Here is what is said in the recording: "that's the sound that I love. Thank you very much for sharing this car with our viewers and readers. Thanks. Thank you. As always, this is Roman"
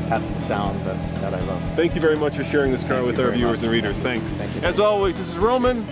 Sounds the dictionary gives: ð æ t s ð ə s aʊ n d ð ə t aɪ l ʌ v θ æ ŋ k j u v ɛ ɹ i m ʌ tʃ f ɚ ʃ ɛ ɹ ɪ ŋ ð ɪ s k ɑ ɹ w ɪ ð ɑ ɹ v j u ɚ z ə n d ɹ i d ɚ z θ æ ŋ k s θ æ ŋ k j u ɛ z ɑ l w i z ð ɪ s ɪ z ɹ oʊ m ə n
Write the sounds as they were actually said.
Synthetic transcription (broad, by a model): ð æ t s ð ə s aʊ n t ð ə t aɪ l ʌ v θ æ ŋ k j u v ɛ ɹ i m ʌ tʃ f ɚ ʃ ɛ ɹ ɪ ŋ ð ɪ s k ɑ ɹ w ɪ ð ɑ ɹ v j u ɚ z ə n ɹ i d ɚ z θ æ ŋ k s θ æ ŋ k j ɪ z ɑ l w i z ð ɪ s ɪ z ɹ oʊ m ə n